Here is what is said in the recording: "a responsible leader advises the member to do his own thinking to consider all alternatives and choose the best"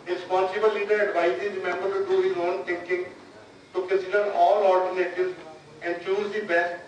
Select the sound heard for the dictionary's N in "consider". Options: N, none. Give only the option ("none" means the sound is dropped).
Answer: none